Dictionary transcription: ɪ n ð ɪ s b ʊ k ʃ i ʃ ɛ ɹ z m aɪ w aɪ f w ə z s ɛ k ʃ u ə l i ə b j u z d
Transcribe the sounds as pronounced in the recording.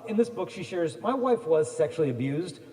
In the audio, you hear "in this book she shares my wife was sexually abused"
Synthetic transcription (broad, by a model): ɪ n ð ɪ s b ʊ k ʃ i ʃ ɛ ɹ z m aɪ w aɪ f w ə z s ɛ k ʃ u l i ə b j u z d